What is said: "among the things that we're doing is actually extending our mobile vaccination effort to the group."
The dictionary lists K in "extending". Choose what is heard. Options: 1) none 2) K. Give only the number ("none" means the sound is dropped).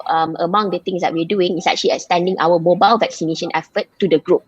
1